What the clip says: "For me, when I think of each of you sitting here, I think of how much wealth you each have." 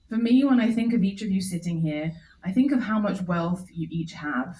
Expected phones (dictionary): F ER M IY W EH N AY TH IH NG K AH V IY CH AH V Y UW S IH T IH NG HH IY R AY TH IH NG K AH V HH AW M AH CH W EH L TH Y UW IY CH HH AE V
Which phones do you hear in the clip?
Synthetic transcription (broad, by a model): F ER M IY W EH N AY TH IH NG K AH V IY CH AH V Y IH S IH T IH NG HH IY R AY TH IH NG K AH V HH AW M AH CH W EH L TH Y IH IY CH HH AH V